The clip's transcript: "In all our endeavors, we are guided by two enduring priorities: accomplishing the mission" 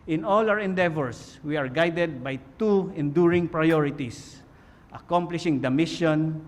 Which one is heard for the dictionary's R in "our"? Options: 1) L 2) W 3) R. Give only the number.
2